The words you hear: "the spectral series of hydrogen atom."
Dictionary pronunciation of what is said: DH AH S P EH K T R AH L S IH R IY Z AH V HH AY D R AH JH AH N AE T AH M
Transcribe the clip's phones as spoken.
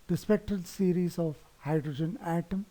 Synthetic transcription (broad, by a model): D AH S P EH K T R AH L S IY R IY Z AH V HH AY D R AH JH AH N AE T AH M